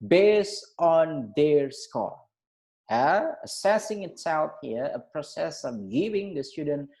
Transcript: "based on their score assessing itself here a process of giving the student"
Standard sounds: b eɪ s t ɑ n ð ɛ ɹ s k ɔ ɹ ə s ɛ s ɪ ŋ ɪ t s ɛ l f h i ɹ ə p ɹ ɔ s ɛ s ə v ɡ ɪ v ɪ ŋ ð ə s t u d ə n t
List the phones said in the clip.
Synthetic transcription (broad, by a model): b eɪ s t ɑ n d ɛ ɹ s k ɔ l ə s ɛ s ɪ ŋ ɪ t s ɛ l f h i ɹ ə p ɹ ɔ s ɛ s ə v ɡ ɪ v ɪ ŋ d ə s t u d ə n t